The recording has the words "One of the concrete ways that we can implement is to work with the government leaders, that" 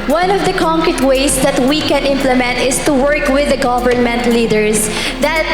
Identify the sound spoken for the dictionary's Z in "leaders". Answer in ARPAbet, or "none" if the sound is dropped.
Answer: S